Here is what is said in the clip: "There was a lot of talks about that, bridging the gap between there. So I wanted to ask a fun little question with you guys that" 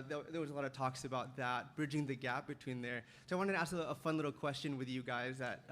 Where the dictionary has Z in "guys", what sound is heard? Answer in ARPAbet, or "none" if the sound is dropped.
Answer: Z